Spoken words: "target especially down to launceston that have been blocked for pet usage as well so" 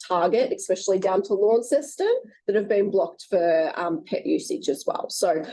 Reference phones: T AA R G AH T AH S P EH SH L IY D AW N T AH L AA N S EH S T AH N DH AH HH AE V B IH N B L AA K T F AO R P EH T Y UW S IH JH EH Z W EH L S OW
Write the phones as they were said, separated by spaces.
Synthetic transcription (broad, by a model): T AA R G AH T AH S P EH SH L IY D AW N T AH L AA N S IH S T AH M DH AH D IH V B IH N B L AA K T F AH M P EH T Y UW S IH CH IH Z W EH L S OW